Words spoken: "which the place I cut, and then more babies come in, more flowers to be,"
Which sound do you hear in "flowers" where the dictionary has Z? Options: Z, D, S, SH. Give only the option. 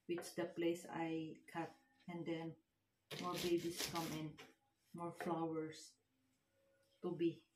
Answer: S